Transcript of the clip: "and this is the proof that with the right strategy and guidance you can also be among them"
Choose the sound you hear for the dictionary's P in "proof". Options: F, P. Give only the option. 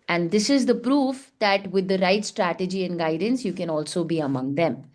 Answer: P